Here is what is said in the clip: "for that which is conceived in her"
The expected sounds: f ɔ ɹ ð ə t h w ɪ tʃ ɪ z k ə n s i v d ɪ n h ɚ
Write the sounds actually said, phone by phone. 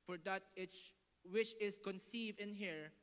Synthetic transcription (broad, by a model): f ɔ ɹ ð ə t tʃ w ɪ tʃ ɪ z k ə n s i v d ɪ n h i